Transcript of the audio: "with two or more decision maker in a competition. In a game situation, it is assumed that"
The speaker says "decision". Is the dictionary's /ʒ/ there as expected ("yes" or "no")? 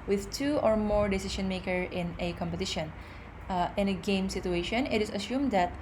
no